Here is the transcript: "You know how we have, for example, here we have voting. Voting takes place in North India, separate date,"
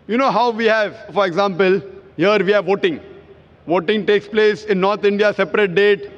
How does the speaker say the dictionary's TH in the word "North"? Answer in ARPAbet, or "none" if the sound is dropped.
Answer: T